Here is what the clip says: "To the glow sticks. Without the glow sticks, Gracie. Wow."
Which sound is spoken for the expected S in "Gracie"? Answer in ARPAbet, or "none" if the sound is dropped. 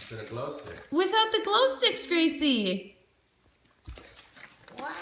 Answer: none